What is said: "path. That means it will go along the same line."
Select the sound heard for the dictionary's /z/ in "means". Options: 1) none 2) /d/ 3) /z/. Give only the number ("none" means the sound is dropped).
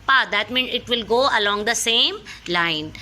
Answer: 1